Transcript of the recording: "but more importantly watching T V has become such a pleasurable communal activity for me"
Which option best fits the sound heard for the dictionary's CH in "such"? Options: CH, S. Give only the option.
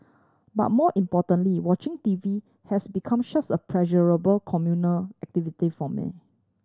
S